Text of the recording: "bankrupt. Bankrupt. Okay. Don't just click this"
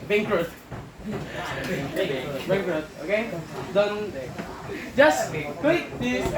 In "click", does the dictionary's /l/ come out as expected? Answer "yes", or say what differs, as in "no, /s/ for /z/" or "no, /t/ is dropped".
no, /w/ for /l/